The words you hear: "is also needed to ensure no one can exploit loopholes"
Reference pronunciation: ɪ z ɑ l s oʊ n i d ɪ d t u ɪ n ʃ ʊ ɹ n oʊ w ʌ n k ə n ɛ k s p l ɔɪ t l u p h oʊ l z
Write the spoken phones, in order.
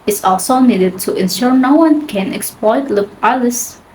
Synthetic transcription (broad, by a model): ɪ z ɑ l s oʊ n i d ɪ d t u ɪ n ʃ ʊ ɹ n oʊ w ʌ n k ə n ɛ k s p l ɔɪ t l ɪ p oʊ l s